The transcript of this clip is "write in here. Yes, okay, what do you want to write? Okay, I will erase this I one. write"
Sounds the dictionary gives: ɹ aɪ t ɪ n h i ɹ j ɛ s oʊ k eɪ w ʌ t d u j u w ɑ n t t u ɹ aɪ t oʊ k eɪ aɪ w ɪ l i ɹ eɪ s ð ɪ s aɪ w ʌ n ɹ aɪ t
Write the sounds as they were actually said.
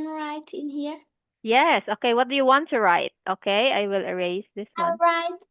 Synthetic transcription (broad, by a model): ɹ aɪ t ɪ n h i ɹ j ɛ s oʊ k eɪ w ʌ t d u j u w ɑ n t t u ɹ aɪ t oʊ k eɪ aɪ w ɪ l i ɹ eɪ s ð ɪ s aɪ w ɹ aɪ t